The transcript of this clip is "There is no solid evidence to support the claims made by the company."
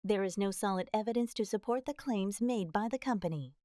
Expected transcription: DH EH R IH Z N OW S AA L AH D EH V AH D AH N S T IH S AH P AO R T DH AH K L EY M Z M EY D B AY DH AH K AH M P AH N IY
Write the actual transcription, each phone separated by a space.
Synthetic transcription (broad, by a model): DH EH R IH Z N OW S AA L AH D EH V AH D AH N S T IH S AH P AO R T DH AH K L EY M Z M EY D B AY DH AH K AH M P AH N IY